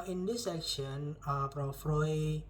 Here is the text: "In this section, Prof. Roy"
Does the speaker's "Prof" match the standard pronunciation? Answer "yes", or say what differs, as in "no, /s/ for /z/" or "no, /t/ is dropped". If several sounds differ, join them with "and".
no, /f/ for /p/